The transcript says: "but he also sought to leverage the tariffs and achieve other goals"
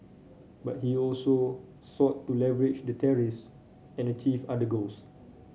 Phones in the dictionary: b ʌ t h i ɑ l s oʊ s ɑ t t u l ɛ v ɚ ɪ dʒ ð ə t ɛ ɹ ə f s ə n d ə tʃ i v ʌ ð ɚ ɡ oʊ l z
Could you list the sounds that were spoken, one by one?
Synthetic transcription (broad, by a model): b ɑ t h i ɑ l s oʊ s ɑ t t u l ɛ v ɚ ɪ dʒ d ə t ɛ ɹ ə f s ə n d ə tʃ i f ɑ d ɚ ɡ oʊ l s